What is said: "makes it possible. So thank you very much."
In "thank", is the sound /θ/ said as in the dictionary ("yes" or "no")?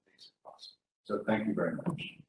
yes